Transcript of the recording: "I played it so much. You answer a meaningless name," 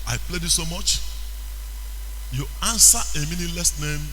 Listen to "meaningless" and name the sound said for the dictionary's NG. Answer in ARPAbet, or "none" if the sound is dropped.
none